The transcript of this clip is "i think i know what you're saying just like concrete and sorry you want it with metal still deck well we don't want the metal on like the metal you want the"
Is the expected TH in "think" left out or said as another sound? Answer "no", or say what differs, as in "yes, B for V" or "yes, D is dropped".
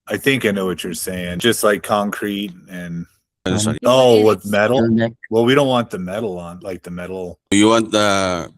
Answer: no